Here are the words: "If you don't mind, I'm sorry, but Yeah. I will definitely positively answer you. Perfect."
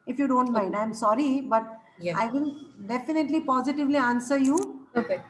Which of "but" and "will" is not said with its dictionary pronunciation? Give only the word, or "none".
will